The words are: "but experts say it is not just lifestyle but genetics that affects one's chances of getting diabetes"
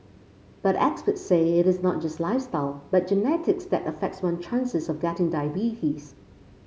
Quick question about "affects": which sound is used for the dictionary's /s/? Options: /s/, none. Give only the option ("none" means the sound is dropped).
/s/